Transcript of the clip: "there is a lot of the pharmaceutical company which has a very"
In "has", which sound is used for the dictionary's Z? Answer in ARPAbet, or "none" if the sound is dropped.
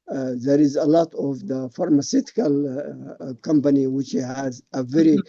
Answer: Z